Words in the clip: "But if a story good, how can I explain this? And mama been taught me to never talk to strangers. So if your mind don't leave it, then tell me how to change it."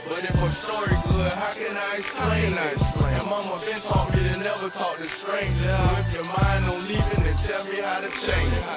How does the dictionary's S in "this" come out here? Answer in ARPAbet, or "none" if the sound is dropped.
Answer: none